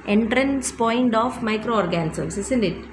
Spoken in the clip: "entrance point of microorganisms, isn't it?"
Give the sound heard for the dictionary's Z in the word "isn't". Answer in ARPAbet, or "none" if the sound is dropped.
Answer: S